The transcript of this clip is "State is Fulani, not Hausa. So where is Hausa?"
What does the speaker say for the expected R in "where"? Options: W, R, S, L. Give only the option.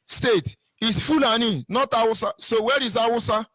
R